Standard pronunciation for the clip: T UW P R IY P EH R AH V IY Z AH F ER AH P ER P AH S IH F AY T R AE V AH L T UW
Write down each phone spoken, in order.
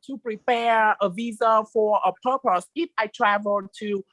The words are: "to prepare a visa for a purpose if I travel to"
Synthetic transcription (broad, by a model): T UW P R IY P EH R AH V IY Z AH F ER AH P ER P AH S IH F AY T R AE V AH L T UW